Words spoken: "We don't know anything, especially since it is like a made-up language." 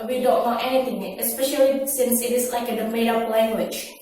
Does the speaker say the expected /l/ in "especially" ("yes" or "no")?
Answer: yes